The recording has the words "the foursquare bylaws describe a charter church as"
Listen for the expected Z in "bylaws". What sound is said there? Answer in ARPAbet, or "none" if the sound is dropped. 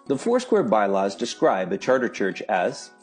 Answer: Z